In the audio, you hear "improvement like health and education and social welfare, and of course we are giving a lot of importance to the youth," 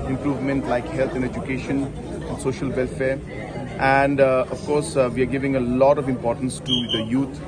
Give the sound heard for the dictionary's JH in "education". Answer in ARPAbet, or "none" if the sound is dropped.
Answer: JH